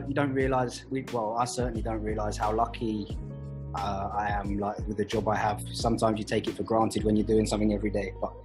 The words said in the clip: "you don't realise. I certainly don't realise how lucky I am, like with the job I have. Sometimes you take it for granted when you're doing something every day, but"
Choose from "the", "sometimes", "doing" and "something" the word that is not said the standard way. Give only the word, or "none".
none